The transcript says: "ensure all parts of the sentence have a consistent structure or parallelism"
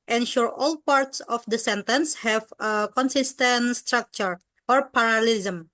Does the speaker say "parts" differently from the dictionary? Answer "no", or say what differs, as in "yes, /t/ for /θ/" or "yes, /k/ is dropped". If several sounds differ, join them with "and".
no